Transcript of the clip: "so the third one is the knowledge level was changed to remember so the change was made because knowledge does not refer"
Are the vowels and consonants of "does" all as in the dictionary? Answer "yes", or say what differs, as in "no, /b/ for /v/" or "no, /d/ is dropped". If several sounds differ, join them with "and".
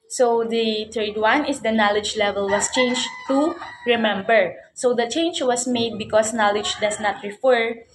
no, /s/ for /z/